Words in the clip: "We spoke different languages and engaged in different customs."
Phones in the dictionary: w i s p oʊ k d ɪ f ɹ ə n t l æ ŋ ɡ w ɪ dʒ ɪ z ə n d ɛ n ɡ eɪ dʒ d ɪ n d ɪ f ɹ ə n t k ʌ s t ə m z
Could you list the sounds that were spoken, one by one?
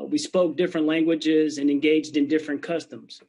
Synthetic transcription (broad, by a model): w i s p oʊ k d ɪ f ɹ ə n t l æ ŋ ɡ w ɪ dʒ ɪ z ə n ɛ n ɡ eɪ dʒ d ɪ n d ɪ f ɹ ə n k ʌ s t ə m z